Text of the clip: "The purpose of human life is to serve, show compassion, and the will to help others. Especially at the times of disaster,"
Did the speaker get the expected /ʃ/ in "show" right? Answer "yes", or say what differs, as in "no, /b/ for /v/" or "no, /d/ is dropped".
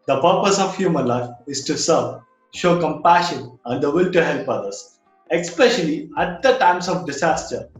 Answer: yes